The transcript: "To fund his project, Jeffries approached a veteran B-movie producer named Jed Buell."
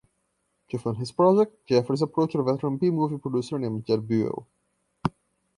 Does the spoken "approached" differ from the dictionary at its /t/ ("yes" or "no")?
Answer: yes